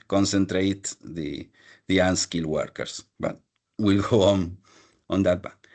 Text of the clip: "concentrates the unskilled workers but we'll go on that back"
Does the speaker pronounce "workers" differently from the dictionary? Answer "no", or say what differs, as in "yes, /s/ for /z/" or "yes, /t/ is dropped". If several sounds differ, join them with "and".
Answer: yes, /s/ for /z/